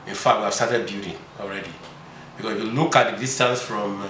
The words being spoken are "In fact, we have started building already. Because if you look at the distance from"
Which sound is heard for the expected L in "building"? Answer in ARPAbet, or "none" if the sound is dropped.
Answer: none